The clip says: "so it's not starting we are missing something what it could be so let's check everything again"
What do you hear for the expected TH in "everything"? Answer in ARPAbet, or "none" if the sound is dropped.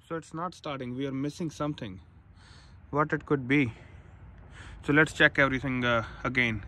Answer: T